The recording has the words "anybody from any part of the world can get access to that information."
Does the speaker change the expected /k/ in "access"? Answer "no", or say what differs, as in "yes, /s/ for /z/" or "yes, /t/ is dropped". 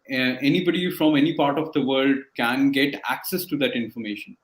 no